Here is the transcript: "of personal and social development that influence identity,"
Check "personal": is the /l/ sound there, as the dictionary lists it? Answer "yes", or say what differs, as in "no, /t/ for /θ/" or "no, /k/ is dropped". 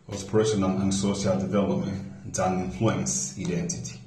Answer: no, /n/ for /l/